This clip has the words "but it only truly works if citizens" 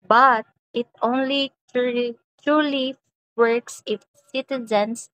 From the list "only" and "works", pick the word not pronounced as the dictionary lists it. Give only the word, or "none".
none